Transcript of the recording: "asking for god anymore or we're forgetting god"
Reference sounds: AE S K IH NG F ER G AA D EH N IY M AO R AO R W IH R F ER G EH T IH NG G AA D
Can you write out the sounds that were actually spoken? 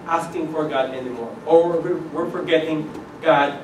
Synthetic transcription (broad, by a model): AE S K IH NG F ER G AA D EH N IY M AO R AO W W IH R F ER G EH T IH NG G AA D